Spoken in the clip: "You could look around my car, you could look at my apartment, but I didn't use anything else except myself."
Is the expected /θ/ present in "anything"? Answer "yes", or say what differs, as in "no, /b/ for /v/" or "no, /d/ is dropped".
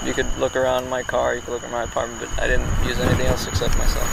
yes